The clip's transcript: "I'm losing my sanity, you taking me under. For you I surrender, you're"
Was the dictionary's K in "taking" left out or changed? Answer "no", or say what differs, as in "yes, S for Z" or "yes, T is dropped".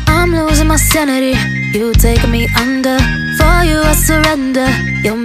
yes, K is dropped